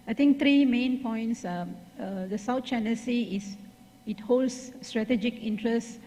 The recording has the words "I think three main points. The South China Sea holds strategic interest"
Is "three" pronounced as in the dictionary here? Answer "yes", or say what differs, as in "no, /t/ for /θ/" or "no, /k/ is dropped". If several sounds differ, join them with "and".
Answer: no, /t/ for /θ/